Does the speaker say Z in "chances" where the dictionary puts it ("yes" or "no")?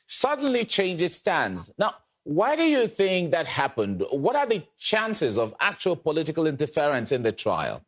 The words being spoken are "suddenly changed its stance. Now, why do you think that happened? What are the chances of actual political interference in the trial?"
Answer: yes